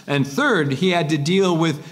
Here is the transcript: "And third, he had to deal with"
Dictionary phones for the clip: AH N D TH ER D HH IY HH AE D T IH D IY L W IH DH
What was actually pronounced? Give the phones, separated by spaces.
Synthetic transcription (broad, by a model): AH N TH ER D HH IY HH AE D T IH D IY L W IH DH